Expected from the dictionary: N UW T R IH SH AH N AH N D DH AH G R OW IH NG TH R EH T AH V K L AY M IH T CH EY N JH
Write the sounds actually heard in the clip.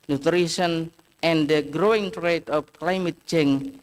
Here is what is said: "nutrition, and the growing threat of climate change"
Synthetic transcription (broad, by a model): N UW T R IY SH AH N AH N D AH G R OW IH NG T R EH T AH F K L AY M IH T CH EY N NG